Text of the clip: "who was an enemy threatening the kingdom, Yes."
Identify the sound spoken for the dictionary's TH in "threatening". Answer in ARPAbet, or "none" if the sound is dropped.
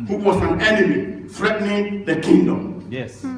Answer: F